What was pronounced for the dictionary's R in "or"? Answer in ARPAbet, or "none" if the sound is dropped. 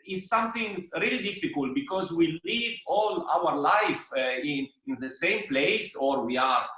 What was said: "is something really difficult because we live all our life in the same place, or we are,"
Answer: R